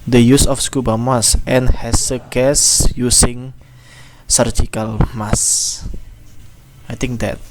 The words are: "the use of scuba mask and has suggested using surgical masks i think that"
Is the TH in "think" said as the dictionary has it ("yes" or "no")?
no